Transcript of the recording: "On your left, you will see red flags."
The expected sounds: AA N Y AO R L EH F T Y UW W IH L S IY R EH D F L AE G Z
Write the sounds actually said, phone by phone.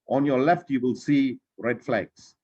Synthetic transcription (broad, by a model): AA N Y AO L EH F T Y UW W IH L S IY R EH D F L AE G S